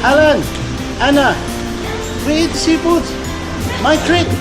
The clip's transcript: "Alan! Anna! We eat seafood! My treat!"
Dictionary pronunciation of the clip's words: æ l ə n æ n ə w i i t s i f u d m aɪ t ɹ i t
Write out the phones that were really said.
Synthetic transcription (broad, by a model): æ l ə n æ n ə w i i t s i p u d m aɪ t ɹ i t